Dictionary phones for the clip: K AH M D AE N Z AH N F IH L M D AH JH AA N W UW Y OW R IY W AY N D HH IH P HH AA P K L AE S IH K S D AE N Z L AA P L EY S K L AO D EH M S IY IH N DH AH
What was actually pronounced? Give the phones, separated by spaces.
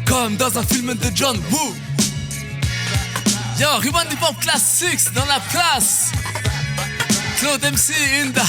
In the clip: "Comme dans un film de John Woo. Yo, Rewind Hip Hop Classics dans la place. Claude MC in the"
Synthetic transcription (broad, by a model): K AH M D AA Z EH F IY L M D AH JH AA N W UW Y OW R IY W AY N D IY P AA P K L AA S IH K S D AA L AA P L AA S K L AO D EH M S IY N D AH